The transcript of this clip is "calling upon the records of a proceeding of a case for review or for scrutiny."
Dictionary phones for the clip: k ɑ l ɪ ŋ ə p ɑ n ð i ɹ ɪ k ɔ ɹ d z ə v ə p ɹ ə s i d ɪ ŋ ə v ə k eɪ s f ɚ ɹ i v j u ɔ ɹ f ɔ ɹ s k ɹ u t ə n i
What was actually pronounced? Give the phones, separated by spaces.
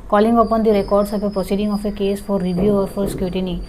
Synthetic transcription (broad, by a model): k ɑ l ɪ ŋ ə p ɑ n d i ɹ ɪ k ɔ ɹ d s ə p ə p ɹ ə s i d ɪ ŋ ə f ə k eɪ s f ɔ ɹ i b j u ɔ ɹ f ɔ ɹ s k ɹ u t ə n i